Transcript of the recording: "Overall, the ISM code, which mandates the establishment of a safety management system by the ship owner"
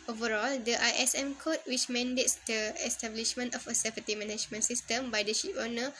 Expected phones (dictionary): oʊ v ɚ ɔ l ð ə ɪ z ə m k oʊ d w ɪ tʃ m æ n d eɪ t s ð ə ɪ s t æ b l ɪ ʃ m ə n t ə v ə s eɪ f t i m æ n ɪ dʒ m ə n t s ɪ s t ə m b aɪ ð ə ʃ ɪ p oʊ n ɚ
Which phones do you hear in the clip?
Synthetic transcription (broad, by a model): oʊ v ɚ ɔ l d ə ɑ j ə m k oʊ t w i tʃ m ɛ n d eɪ t s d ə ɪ s t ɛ b l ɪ ʃ m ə n t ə f ə s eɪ p t i m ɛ n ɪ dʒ m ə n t s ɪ s t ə m b aɪ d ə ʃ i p oʊ n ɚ